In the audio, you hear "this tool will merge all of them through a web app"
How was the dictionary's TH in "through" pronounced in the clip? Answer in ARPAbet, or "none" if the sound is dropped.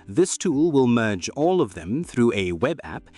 TH